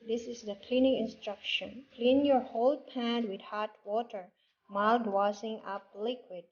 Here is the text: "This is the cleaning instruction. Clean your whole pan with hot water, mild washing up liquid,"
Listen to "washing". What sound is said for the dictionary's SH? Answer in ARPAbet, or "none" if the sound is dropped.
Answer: S